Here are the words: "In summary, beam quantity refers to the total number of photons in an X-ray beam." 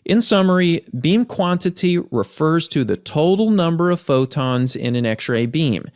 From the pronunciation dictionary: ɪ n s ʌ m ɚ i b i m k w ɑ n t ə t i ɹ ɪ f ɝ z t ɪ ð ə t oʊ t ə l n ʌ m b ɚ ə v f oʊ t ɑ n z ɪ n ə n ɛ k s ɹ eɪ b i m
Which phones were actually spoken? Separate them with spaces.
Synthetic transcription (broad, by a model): ɪ n s ʌ m ɚ i b i m k w ɑ n t ə t i ɹ ɪ f ɝ z t ɪ ð ə t oʊ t l n ʌ m b ɚ ə v f oʊ t ɑ n z ɪ n ə n ɛ k s ɹ eɪ b i m